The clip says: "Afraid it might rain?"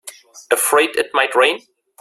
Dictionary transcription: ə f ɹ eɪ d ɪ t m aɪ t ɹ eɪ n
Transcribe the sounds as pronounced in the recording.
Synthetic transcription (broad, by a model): ə f ɹ eɪ d ɪ t m aɪ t ɹ eɪ n